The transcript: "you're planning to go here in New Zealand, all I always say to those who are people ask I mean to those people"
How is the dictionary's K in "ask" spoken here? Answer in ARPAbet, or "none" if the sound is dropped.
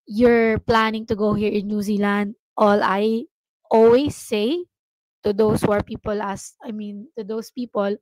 none